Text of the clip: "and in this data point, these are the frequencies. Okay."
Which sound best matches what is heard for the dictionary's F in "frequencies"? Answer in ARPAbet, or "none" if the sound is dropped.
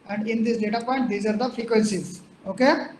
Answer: F